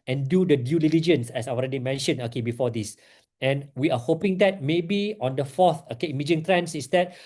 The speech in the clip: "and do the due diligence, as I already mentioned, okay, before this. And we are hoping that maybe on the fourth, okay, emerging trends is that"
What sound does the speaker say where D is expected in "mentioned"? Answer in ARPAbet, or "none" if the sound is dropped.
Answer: none